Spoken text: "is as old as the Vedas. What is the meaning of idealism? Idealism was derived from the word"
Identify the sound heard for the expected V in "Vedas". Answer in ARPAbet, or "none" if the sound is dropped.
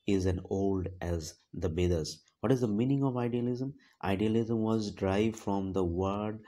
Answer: B